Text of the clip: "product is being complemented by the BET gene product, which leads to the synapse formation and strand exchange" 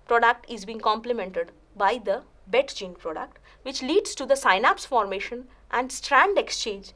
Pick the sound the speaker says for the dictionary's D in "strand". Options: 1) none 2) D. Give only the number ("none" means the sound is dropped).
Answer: 2